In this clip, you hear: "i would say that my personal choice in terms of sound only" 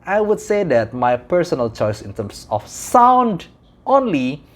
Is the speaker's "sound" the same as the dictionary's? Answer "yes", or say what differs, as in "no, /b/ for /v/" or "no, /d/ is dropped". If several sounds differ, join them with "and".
yes